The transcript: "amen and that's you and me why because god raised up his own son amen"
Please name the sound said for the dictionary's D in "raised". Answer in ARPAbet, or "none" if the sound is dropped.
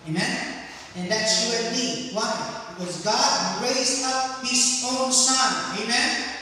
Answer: none